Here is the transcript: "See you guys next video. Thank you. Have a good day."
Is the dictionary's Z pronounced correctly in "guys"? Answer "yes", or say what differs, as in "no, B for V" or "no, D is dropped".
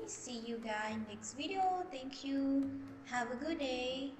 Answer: no, Z is dropped